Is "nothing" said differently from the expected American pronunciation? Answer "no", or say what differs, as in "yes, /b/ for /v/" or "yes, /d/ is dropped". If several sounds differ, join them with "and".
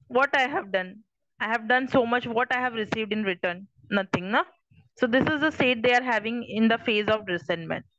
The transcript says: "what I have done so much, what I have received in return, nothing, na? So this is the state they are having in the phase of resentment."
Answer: yes, /t/ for /θ/